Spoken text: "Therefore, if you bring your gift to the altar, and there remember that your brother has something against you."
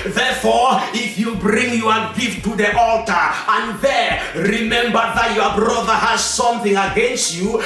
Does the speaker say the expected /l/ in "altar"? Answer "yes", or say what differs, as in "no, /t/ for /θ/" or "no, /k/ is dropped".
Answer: yes